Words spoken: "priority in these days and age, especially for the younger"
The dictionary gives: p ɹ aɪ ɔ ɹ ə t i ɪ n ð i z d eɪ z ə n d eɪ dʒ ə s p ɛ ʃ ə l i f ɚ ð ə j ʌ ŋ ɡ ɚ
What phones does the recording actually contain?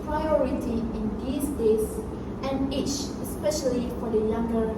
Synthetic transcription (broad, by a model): p ɹ aɪ ɔ ɹ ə t i ɪ n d i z d eɪ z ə n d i tʃ ə s p ɛ ʃ ə l i f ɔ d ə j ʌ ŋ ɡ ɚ